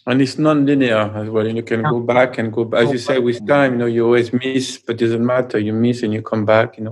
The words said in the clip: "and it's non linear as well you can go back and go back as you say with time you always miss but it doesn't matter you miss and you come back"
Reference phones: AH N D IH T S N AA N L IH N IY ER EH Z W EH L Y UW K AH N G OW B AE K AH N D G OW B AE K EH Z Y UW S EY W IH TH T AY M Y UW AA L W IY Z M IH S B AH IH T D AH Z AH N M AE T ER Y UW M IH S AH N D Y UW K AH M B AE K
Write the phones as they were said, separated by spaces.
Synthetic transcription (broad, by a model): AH N IH T S N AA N L IH N IY ER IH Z W EH L Y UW K AH N G OW B AE K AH N G OW B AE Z Y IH S EY W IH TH T AY M Y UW AA L W IY Z M IH S B AH T D AH Z AH N M AE T ER Y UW M IH S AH N Y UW K AH M B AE K